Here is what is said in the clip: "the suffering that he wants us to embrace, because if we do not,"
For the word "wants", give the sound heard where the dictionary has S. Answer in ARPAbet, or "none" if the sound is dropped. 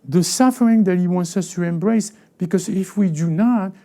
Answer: S